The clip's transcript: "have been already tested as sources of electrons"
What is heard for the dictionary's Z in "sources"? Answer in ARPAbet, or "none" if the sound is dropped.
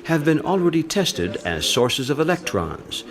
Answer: Z